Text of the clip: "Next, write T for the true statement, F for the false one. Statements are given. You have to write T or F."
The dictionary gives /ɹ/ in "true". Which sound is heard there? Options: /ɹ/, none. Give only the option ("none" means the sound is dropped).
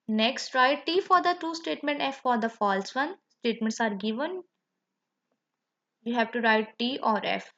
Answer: none